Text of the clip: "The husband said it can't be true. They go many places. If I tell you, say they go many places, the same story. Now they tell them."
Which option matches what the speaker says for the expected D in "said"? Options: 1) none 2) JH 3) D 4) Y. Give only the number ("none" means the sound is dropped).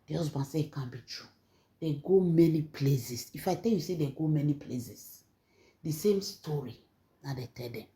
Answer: 1